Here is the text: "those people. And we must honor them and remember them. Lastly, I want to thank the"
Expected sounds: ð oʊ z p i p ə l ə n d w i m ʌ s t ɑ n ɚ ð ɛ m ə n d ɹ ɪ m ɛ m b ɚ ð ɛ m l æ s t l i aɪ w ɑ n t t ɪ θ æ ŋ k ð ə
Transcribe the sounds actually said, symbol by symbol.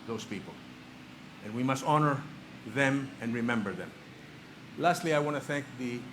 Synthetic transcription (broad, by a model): ð oʊ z p i p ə l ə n w i m ʌ s t ɑ n ɚ ð ɛ m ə n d ɹ ɪ m ɛ m b ɚ ð ɛ m l æ s t l i aɪ w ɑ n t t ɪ θ æ ŋ k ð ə